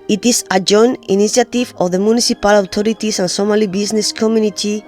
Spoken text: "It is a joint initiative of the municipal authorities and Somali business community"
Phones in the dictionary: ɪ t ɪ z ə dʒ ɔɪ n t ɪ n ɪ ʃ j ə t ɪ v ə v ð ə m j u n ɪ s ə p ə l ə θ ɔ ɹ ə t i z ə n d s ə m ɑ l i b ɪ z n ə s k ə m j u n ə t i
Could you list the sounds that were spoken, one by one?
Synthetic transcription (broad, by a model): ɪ t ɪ s ə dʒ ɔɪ n ɪ n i s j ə t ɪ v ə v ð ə m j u n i s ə p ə l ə t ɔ ɹ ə t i s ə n s ə m ɑ l i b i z n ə s k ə m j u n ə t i